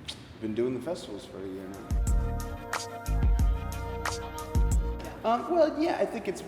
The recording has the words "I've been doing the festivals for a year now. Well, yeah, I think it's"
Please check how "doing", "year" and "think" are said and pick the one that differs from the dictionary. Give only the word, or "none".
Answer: none